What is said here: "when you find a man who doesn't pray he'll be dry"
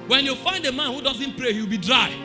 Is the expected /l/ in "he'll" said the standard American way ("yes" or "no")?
no